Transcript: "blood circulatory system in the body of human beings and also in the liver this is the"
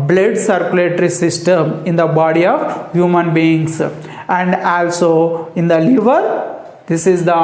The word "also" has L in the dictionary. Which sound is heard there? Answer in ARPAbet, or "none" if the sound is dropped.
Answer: L